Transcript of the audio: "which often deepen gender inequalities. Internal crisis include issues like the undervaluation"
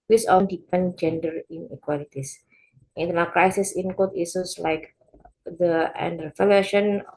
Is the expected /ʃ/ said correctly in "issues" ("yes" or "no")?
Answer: no